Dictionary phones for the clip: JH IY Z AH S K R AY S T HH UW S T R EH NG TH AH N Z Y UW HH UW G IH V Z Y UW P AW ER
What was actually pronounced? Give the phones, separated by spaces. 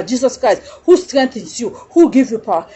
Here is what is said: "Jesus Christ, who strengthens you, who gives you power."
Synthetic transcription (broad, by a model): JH IY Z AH S K R AY S T HH UW S T R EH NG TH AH N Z Y UW HH UW G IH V Y UW P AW